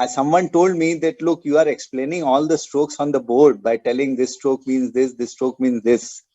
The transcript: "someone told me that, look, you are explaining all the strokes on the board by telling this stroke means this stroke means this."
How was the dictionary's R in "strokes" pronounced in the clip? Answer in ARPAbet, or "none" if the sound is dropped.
R